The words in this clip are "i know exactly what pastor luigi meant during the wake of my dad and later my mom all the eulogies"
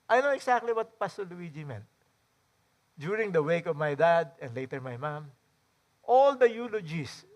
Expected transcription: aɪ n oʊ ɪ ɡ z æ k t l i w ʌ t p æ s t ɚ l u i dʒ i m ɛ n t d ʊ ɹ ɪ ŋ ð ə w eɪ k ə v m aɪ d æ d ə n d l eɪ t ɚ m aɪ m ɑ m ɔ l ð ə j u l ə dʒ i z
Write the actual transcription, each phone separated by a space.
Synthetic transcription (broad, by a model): aɪ n oʊ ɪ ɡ s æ k t l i w ʌ t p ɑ s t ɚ l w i dʒ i m ɛ n t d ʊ ɹ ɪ ŋ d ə w eɪ k ə v m aɪ d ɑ d ə n d l eɪ t ɚ m aɪ m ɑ m ɔ l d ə j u l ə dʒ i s